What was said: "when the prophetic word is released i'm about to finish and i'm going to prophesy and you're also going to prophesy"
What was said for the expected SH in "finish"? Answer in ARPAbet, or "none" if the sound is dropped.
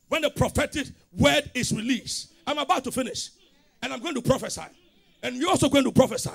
SH